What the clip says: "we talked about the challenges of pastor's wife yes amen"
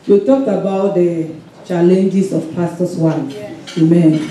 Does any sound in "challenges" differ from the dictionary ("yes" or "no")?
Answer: yes